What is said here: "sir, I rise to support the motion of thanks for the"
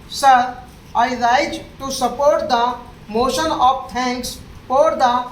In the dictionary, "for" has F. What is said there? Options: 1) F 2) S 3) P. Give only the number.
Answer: 3